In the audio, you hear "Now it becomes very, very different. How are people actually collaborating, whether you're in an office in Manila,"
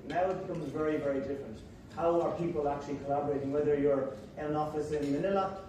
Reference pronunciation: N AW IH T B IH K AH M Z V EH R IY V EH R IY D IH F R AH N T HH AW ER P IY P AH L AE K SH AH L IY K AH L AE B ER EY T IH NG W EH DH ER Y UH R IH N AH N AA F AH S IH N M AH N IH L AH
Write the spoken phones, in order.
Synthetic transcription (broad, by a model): N AW IH T B IH K AH M Z V EH R IY V EH R IY D IH F R AH N T HH AW ER P IY P AH L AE K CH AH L IY K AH L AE B ER EY T IH NG W EH DH ER Y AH R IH AH N AA F AH S IH N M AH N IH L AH